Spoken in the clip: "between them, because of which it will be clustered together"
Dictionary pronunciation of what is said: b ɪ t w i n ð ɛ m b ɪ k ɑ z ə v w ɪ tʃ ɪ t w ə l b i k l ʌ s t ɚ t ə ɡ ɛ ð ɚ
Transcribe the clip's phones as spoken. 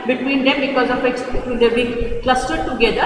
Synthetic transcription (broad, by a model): b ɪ t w i n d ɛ m b ɪ k ɑ z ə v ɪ s ɪ t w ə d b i k l ʌ s t ɚ t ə ɡ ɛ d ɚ